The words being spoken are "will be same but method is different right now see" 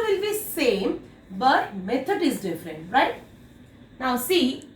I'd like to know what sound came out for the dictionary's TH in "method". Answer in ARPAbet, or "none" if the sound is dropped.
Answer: T